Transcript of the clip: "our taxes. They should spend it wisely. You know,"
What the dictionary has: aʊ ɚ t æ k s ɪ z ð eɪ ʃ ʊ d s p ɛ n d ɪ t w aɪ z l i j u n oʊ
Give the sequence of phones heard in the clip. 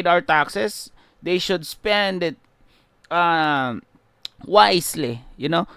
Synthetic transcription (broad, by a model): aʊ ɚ t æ k s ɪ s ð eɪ ʃ ʊ d s p ɛ n d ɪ t w aɪ s l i j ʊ n oʊ